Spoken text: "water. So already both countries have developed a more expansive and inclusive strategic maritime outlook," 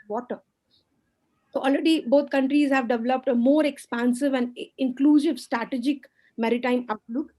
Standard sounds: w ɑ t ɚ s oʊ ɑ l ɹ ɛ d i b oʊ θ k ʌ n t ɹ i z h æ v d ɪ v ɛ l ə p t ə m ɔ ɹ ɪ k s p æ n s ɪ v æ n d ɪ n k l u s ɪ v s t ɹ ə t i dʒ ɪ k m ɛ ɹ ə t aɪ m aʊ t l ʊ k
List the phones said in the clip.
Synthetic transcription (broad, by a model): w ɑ t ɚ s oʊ ɑ l ɹ ɛ d i b oʊ t k ʌ n t ɹ i z h æ v d ɪ v ɛ l ə p t ə m ɔ ɹ ɪ k s p æ n s ɪ v æ n d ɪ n k l u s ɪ v s t ɹ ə t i dʒ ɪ k m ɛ ɹ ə t aɪ m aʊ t l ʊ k